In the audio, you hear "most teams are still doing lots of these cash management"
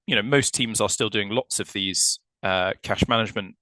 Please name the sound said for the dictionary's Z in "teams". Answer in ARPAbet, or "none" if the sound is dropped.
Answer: Z